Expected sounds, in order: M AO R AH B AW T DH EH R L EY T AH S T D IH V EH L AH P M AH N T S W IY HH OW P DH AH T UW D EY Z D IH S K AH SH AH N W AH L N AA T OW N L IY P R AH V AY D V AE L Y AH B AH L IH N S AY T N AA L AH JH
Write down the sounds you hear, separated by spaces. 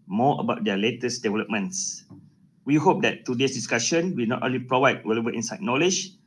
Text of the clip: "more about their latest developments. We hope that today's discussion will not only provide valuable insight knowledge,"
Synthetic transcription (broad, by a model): M AO AH B AW T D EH L EY T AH S D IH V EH L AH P M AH N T S W IY HH OW P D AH T UW D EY S D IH S K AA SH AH N W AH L N AA T OW N L IY P R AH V AY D W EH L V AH AH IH N S AY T N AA L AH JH